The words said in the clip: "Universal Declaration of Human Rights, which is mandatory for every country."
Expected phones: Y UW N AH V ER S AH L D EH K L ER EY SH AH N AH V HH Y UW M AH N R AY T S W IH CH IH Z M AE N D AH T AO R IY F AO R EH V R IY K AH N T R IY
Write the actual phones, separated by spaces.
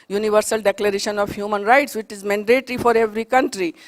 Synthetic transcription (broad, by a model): Y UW N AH V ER S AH L D EH K L ER EY SH AH N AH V HH Y UW M AH N R AY T S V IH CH IH Z M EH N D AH T R IY F AO R EH V R IY K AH N T R IY